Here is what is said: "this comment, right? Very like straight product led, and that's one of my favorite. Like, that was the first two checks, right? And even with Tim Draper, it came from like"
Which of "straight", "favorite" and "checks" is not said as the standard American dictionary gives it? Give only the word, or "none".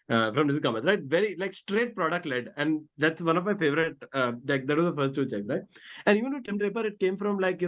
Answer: none